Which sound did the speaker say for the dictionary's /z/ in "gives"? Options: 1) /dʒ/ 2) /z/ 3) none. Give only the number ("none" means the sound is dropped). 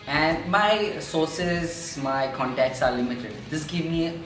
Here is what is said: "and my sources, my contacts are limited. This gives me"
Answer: 3